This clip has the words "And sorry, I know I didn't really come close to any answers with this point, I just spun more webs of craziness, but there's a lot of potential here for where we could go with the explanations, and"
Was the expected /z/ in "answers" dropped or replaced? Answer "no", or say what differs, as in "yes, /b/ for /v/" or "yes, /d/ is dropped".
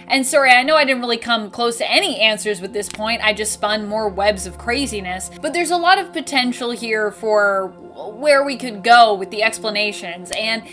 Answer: no